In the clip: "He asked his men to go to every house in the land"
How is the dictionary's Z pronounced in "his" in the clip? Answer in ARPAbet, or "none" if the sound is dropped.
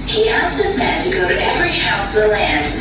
Z